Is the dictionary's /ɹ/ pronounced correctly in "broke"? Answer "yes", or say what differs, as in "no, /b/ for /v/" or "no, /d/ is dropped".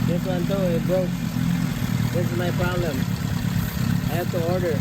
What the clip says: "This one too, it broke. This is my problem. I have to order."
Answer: no, /ɹ/ is dropped